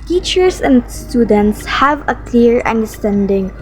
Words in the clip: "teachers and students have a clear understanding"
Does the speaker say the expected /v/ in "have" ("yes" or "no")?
yes